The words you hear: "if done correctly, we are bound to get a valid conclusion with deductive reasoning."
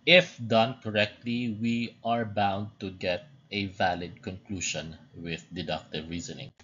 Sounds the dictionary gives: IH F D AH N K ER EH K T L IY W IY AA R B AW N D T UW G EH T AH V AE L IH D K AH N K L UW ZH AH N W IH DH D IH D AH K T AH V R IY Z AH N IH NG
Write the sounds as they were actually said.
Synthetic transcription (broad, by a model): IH F D AH N K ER EH K T L IY W IY AA R B AW N D T UW G EH T AH V AE L IH D K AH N K L UW SH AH N W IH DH D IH D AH K T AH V R IY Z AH N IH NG